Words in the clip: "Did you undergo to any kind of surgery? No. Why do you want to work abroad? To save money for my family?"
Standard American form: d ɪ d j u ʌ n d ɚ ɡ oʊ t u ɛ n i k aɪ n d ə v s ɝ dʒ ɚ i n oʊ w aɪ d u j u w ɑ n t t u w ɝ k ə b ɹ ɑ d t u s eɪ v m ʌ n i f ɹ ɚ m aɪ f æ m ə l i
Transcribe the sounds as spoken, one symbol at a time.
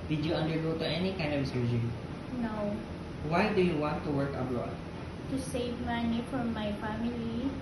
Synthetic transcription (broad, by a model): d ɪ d j u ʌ n d ɚ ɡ oʊ t u ɛ n i k aɪ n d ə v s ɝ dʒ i n oʊ w aɪ d u j u w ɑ n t t u w ɝ k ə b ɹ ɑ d t u s eɪ v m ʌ n i f ɹ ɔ m aɪ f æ m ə l i